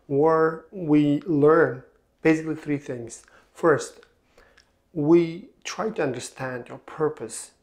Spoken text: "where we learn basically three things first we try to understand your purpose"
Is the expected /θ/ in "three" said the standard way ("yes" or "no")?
yes